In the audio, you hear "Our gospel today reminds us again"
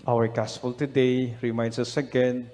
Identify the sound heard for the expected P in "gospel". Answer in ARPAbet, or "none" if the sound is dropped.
F